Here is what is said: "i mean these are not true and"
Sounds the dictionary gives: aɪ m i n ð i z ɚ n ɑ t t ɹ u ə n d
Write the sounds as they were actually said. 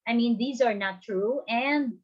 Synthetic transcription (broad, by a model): aɪ m i n ð i z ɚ n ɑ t t ɹ u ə n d